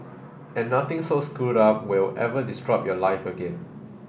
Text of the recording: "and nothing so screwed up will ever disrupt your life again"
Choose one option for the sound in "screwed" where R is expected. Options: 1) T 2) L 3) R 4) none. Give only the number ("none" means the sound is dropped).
4